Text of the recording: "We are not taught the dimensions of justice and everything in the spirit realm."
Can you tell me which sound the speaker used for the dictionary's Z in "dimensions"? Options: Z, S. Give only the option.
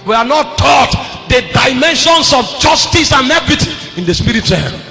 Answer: S